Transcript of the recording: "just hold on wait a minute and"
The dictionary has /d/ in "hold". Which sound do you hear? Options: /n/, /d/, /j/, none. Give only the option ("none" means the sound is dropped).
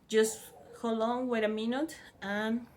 none